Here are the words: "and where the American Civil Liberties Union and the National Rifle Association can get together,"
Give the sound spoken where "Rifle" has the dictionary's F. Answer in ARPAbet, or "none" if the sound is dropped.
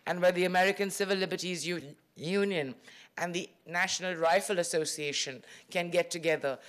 F